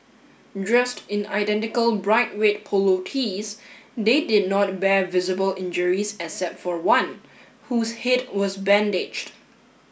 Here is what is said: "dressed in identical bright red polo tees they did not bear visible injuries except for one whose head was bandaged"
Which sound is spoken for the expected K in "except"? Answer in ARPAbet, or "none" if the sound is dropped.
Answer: none